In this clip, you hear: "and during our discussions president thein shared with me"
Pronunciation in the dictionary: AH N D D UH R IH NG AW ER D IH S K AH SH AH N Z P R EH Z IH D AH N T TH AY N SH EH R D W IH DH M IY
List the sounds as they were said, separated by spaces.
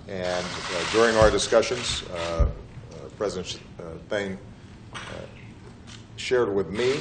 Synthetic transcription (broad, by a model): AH N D D UH R IH NG AW ER D IH S K AH SH AH N Z P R EH Z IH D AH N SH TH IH N SH EH R D W IH DH M IY